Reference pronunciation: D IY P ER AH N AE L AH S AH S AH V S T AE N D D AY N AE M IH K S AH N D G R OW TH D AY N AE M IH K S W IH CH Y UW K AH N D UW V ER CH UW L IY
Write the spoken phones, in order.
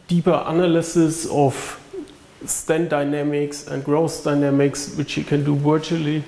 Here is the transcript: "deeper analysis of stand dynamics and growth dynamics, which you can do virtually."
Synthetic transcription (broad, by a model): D IY P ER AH N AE L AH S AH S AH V S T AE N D D AY N AE M IH K S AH N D G R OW S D AY N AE M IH K S W IH CH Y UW K AH N D UW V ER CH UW L IY